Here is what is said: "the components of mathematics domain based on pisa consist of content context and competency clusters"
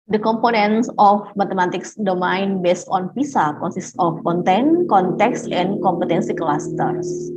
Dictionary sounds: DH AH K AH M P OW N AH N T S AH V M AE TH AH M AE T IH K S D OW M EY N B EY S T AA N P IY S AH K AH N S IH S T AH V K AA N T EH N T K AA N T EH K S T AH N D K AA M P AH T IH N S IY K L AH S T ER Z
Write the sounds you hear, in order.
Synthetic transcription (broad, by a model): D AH K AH M P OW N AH N S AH F M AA T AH M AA T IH K S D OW M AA N B EY S T AA N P IY S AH K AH N S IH S T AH F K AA N T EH N K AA N T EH K S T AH N K AA M P AH T IH N S IY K L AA S T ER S